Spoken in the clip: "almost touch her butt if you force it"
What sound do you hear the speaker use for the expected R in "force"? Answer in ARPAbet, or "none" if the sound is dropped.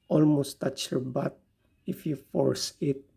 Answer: R